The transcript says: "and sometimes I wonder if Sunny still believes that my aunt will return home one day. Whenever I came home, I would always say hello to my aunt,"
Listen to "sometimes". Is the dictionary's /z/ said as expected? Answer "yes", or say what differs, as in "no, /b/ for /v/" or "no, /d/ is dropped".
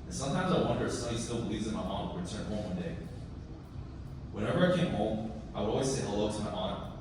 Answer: yes